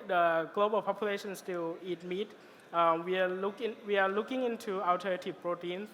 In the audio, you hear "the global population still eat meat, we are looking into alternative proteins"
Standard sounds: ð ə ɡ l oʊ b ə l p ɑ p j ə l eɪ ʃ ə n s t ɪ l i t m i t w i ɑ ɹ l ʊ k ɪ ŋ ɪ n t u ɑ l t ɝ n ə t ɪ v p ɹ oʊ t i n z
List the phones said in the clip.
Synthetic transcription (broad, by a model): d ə ɡ l oʊ b ə l p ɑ p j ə l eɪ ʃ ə n s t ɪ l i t m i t w i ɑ l l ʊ k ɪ ŋ ɪ n t u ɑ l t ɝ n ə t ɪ p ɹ oʊ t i n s